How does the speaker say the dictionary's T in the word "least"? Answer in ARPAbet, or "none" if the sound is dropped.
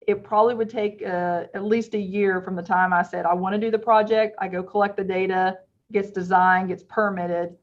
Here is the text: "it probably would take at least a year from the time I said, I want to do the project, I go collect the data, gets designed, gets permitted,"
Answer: T